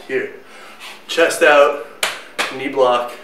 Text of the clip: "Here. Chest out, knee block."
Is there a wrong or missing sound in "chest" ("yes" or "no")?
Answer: no